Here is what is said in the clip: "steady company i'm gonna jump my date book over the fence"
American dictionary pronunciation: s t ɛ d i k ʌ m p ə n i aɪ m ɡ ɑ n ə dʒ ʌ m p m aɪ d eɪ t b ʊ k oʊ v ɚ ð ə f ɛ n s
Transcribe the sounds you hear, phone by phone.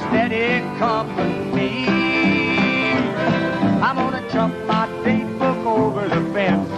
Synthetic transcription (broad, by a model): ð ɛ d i k ʌ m ə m i aɪ m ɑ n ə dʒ ʌ m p m aɪ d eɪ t b ʊ k oʊ v ɚ ð ə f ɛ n